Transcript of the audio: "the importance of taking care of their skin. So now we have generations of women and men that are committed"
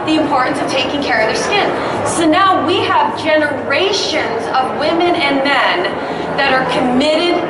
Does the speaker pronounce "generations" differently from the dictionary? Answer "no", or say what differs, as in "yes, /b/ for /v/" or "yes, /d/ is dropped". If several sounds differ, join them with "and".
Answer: no